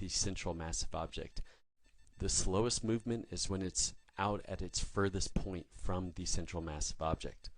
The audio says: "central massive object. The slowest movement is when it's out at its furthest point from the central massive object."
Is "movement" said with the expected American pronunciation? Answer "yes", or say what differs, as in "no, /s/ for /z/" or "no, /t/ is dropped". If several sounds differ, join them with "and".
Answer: yes